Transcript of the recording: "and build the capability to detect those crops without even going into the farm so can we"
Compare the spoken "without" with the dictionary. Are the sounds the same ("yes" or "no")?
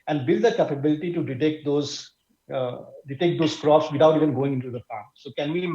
no